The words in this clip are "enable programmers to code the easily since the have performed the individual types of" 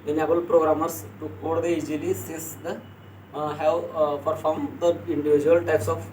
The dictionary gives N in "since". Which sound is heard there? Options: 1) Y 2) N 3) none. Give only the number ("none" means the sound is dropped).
3